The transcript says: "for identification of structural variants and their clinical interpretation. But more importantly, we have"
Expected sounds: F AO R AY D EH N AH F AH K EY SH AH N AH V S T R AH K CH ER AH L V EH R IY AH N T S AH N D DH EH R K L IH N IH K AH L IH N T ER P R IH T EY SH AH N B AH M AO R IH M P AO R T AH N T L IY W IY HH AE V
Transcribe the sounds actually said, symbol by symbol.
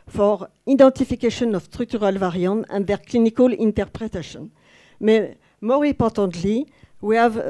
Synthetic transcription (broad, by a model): F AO R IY D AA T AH F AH K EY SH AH N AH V S T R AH K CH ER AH L V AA R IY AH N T AH N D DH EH R K L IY N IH K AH L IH N T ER P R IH T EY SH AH N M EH M AO R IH P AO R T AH N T L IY W IY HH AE V